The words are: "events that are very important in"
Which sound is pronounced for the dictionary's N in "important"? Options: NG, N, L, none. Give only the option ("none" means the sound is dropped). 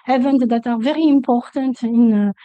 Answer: N